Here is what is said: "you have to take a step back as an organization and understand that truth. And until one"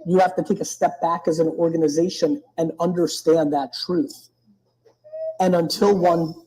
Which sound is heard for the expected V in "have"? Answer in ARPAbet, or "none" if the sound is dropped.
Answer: F